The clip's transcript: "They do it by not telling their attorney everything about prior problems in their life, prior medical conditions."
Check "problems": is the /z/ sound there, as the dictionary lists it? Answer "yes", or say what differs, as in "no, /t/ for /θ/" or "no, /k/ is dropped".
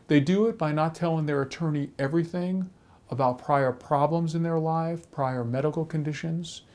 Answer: yes